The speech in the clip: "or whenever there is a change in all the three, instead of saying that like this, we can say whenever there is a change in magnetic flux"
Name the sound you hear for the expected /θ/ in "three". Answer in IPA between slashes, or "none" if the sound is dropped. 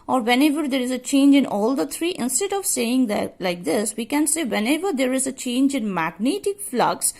/t/